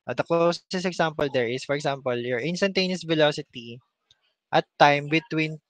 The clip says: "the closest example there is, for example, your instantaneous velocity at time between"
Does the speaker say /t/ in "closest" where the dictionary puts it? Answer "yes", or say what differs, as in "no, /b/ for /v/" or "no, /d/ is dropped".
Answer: no, /t/ is dropped